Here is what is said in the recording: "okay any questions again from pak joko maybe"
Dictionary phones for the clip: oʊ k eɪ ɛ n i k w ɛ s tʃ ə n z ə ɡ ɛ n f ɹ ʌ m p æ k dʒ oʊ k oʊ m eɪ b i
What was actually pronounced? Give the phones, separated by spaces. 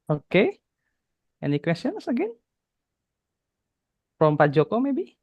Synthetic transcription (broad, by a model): oʊ k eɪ ɛ n i k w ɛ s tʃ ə n s ə ɡ ɛ n p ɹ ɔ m p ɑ dʒ oʊ k oʊ m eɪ b i